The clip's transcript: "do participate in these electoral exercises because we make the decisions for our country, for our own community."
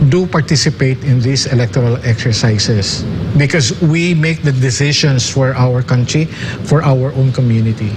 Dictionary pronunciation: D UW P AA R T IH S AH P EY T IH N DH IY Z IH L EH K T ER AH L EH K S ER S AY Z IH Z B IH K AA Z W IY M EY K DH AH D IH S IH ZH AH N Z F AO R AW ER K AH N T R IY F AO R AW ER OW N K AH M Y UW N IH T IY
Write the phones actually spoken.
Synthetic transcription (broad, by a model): D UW P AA R T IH S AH P EY T IH N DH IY S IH L EH K T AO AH L EH K S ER S AY S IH S B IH K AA S W IY M EY K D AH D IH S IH SH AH N S F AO R AW ER K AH N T R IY F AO R AW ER OW N K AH M Y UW N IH T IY